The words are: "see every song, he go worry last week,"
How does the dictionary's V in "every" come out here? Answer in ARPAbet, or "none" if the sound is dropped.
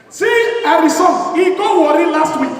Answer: none